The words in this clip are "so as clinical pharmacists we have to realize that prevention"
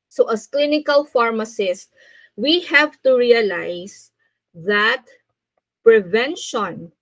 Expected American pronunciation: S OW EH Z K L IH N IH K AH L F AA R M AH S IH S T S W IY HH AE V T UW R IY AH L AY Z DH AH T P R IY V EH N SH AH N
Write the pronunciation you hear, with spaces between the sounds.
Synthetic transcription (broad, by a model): S OW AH S K L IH N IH K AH L F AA R M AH S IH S S W IY HH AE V T UW R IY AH L AY S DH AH T P R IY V EH N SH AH N